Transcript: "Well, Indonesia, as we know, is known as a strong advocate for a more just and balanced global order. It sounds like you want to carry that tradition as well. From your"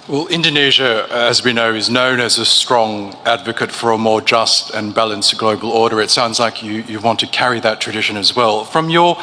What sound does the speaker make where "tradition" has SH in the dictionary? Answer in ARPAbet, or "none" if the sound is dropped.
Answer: SH